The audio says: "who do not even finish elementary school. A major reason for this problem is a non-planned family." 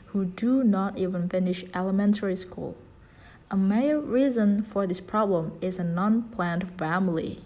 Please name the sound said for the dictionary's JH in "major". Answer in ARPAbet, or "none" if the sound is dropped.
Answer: none